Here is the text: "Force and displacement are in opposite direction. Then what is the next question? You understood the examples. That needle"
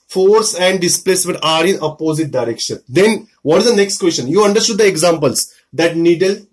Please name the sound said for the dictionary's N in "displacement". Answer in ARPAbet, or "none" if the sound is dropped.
none